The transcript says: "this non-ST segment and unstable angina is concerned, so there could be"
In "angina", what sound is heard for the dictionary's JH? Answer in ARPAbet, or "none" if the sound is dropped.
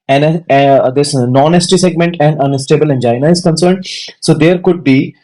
JH